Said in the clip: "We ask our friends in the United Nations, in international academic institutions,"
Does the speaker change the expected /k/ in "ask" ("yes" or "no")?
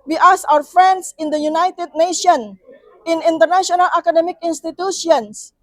yes